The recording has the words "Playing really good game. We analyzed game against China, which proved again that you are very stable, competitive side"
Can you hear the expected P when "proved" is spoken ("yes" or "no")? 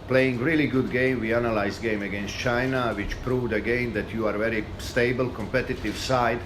yes